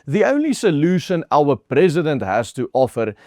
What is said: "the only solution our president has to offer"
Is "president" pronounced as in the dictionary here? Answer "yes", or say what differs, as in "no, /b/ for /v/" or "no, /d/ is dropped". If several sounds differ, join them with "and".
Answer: yes